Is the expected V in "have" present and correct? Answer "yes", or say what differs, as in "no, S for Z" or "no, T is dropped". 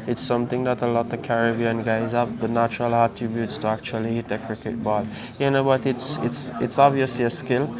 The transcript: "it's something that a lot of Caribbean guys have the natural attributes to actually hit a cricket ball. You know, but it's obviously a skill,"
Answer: no, P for V